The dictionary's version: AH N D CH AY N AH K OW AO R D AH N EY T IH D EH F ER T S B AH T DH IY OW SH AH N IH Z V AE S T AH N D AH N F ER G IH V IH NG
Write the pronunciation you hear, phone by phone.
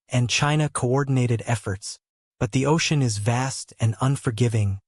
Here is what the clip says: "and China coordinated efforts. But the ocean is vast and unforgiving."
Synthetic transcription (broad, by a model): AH N CH AY N AH K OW AO R D N EY T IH D EH F ER T S B AH T DH IY OW SH AH N IH Z V AE S T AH N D AH N F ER G IH V IH NG